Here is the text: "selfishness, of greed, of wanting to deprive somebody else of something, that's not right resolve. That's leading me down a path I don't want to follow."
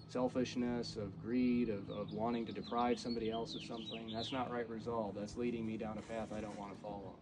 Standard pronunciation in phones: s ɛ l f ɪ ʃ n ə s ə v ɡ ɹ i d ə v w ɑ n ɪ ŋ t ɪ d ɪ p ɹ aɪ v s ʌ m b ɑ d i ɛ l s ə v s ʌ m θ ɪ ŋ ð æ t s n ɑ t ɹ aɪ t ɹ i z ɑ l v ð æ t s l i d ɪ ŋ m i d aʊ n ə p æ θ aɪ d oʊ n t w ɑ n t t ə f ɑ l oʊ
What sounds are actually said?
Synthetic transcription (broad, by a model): s ɛ l f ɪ ʃ n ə s ə v ɡ ɹ i d ə v w ɑ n ɪ ŋ t ɪ d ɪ p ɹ aɪ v s ʌ m b ɑ d i ɛ l s ə v s ʌ m θ ɪ ŋ ð æ t s n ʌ t ɹ aɪ t ɹ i z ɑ l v ð æ t s l i d ɪ ŋ m i d aʊ n ə p æ θ aɪ d oʊ n t w ɑ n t t ə f ɑ l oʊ